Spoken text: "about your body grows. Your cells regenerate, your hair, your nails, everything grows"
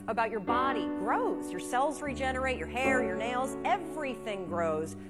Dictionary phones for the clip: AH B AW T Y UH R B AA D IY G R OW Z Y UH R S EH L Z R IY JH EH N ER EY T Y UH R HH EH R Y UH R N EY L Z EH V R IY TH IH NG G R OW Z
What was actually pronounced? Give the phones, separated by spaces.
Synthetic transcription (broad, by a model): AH B AW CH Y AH R B AA D IY G R OW Z Y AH R S EH L Z R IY JH EH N ER EY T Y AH R HH EH R Y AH R N EY L Z EH V R IY TH IH NG G R OW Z